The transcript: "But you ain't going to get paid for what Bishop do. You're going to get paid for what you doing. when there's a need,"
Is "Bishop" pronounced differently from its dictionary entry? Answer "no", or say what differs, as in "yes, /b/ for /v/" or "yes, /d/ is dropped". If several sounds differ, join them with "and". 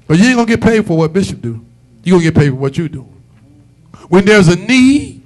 no